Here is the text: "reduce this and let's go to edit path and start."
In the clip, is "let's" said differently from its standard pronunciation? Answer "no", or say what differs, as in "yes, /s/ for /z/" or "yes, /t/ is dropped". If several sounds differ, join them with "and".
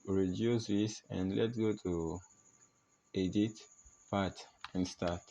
yes, /s/ is dropped